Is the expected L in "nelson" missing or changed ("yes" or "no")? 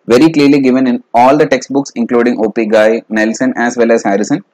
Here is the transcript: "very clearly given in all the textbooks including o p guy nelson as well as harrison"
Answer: no